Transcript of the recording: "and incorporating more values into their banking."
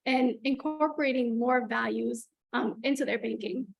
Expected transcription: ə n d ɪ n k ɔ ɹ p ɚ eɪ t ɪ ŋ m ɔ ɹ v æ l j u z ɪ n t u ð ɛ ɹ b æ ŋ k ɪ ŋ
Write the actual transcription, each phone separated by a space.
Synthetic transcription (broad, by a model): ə n ɪ n k ɔ ɹ p ɚ eɪ t ɪ ŋ m ɔ ɹ v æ l j u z ɪ n t u ð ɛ ɹ b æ ŋ k ɪ ŋ